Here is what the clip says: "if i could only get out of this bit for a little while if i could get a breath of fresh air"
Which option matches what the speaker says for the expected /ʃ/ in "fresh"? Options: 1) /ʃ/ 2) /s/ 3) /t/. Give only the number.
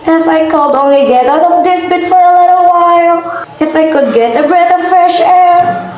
1